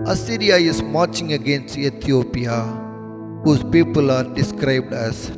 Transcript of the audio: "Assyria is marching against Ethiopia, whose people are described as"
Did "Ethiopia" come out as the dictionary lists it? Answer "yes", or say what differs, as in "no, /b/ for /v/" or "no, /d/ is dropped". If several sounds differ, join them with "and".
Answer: no, /t/ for /θ/